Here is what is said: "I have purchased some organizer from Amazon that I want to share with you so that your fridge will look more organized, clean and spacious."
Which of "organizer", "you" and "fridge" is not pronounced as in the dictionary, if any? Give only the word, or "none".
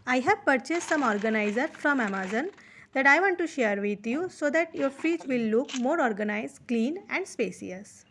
fridge